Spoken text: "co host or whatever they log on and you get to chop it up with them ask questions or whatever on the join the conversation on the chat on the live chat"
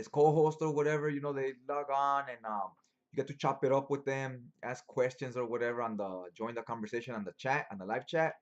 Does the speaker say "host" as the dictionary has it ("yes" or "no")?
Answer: yes